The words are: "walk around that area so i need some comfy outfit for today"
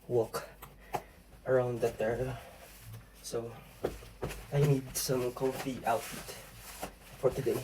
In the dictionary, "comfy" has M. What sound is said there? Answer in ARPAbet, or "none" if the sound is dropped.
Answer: none